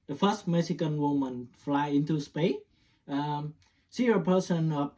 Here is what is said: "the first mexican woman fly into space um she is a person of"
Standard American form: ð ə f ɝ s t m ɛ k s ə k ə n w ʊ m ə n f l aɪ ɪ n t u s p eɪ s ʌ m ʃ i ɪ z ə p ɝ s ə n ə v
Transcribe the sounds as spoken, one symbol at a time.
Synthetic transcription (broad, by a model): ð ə f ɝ s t m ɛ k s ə k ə n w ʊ m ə n f l aɪ ɪ n t u s p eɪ ʌ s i ə p ɝ s ə n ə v